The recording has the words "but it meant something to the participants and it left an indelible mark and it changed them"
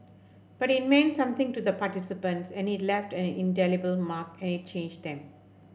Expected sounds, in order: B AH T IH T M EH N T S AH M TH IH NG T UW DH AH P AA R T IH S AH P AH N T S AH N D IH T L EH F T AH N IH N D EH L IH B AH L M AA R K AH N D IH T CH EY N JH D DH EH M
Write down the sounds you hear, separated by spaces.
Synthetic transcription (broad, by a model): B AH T IH T M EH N S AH M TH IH NG T UW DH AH P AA T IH S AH P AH N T S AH N IH T L EH F T AH N IH N D EH L IH B AH L M AA K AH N IH T CH EY N JH D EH M